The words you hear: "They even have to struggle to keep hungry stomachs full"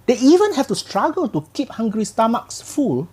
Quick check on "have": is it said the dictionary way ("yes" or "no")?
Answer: no